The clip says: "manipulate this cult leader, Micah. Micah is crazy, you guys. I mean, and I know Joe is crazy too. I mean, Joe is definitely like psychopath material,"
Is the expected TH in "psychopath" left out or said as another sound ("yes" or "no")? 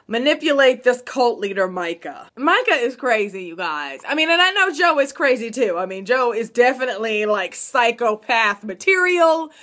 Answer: no